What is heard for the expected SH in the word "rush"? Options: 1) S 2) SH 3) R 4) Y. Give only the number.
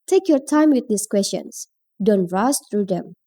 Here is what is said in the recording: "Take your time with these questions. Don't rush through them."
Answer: 1